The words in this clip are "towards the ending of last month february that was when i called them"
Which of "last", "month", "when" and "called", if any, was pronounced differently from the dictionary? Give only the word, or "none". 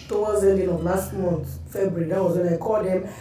month